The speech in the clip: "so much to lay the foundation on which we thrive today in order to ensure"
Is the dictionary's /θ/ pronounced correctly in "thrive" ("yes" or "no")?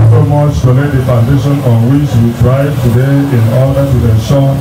no